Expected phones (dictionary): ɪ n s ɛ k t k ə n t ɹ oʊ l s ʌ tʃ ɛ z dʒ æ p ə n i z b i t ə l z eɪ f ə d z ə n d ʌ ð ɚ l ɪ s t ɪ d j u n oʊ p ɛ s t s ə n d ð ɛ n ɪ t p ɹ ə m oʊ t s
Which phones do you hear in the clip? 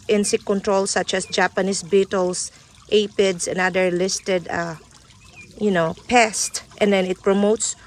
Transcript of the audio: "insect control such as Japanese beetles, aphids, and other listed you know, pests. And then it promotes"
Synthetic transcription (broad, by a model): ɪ n s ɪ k k ə n t ɹ oʊ l s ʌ tʃ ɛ s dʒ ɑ p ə n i s b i t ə l s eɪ p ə d s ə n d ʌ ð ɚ l ɪ s t ɪ d j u n oʊ p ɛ s t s ə n d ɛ n ɪ t p ɹ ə m oʊ t s